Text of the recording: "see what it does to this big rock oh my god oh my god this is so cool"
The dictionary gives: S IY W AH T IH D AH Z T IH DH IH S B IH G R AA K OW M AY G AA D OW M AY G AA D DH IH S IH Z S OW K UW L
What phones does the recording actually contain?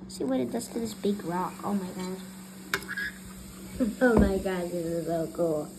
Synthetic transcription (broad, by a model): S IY W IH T IH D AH S T IH DH IH S B IH G R AA K OW M AY G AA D OW M AY G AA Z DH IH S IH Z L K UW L